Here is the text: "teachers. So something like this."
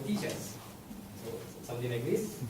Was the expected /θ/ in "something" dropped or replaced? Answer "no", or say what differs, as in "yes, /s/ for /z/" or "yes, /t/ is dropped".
yes, /t/ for /θ/